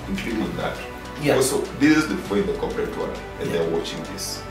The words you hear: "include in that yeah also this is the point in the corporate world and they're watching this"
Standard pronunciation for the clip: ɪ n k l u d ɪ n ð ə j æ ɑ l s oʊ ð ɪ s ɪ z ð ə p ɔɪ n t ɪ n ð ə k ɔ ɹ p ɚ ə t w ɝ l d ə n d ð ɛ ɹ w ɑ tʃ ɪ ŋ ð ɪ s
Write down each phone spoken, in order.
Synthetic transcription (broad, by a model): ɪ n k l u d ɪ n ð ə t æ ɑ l s oʊ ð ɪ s ɪ z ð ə f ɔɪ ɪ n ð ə k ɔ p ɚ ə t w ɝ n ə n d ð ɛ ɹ w ɑ tʃ ɪ ŋ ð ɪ s